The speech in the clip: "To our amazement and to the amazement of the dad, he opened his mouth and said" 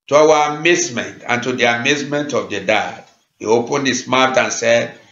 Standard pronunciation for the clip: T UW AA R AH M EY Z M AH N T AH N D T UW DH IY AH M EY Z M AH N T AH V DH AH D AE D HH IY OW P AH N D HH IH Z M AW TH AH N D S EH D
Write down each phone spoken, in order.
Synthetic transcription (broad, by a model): T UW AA W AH M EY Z M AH N T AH N T UW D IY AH M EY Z M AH N T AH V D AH D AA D HH IY OW P AH N D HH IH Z M AW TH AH N S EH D